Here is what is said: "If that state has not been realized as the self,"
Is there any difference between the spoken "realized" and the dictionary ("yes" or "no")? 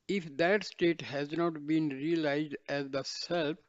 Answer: no